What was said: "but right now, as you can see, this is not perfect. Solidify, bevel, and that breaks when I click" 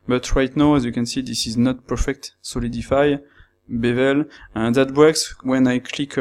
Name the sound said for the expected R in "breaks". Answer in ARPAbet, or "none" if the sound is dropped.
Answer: none